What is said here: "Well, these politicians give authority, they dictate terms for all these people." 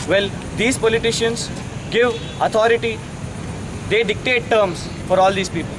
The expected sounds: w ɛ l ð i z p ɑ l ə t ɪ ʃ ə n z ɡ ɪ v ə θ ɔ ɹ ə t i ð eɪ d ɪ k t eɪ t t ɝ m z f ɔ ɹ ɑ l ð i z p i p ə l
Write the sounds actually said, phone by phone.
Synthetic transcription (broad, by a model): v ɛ l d i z p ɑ l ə t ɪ ʃ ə n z ɡ ɪ v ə t ɔ ɹ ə t i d eɪ d ɪ k t eɪ t t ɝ m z f ɔ ɹ ɑ l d i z p i p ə l